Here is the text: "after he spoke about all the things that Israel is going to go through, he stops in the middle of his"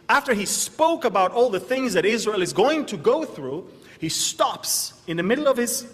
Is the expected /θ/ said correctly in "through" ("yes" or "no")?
yes